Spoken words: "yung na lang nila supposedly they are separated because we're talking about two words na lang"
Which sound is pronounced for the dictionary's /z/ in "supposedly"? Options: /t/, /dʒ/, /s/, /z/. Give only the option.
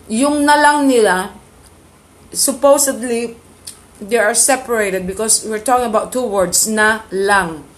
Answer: /s/